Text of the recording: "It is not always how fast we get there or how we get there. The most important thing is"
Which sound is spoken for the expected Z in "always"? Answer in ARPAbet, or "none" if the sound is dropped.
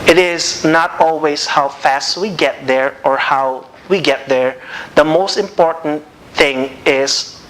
S